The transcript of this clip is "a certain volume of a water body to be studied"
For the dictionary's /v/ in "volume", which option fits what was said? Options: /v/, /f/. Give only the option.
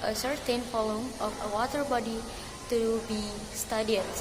/f/